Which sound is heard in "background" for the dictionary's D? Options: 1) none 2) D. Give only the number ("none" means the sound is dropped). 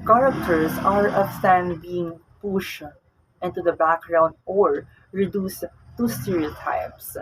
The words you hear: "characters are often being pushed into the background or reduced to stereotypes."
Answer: 2